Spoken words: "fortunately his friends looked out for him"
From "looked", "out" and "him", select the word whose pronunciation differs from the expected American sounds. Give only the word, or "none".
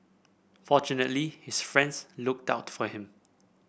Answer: none